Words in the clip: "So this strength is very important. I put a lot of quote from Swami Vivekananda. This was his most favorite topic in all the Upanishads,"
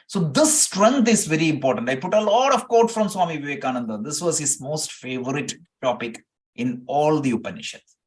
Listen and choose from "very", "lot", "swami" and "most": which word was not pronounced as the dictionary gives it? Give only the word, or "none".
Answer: none